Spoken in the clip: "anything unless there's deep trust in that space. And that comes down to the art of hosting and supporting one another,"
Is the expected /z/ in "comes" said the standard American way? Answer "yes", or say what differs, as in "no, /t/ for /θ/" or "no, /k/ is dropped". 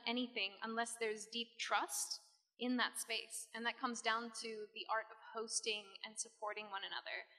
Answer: yes